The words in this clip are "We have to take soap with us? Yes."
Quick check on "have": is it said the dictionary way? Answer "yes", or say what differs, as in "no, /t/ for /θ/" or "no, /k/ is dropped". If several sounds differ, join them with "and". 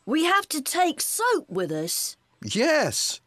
no, /f/ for /v/